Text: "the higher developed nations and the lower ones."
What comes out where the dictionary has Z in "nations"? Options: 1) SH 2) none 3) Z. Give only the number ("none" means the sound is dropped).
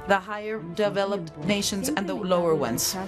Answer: 3